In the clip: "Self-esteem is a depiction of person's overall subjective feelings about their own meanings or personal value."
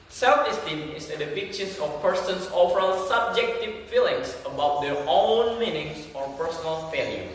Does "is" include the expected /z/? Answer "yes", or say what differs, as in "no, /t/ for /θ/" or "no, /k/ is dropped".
no, /s/ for /z/